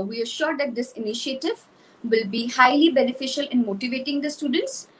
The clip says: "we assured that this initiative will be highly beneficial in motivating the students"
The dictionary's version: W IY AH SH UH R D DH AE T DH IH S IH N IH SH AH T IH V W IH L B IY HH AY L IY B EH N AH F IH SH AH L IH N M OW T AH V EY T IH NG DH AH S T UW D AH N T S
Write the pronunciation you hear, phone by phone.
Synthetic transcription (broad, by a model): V IY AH SH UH R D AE T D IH S IH N IH SH AH T IH V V IH L B IY HH AY L IY B EH N AH F IH SH AH L IH N M OW T AH V EY T IH NG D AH S T UW D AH N T S